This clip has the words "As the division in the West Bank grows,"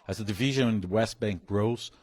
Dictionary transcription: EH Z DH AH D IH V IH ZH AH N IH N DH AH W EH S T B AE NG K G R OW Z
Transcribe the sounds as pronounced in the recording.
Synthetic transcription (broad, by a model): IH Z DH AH D IH V IH ZH AH N IH N DH AH W EH S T B AE NG K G R OW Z